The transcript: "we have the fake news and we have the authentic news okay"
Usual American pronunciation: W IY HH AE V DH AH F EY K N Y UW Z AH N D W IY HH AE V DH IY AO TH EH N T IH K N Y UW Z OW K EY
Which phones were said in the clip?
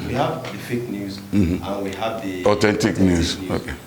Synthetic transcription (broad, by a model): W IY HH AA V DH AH F EY K N Y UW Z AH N W IY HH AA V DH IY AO T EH N T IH K N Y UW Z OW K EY